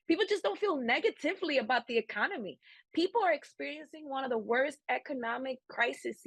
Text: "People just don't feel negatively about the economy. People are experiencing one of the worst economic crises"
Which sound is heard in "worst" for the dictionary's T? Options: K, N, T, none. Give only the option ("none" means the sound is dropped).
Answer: T